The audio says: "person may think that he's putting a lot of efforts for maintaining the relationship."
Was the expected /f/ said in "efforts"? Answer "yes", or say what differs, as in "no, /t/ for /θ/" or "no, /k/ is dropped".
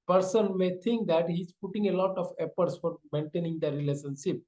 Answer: no, /p/ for /f/